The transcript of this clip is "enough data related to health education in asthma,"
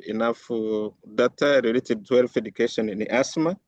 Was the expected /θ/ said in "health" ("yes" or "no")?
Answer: no